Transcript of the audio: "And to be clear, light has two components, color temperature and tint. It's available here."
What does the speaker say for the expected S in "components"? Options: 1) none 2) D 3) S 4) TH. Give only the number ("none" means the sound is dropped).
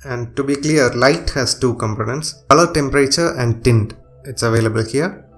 3